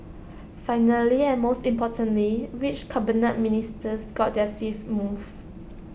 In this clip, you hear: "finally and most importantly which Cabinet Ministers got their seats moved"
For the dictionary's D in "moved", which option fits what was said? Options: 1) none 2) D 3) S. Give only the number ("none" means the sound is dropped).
1